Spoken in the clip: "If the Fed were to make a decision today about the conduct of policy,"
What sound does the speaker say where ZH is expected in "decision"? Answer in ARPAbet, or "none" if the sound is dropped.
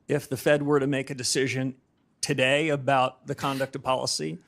ZH